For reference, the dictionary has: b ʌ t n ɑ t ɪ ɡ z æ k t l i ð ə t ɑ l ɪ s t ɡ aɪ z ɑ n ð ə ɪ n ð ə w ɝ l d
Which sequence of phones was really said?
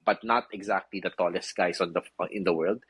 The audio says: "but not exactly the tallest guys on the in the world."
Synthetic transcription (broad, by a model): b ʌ t n ɑ t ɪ ɡ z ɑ k t l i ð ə t ɑ l ɪ s t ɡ aɪ s ɑ n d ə ɪ n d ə w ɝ l d